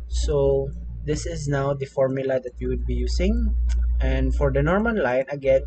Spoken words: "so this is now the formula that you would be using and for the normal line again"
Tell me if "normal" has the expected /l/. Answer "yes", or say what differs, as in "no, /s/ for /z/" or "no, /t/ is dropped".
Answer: no, /n/ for /l/